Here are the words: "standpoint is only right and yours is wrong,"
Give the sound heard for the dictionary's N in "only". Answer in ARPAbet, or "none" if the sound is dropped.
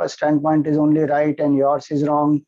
N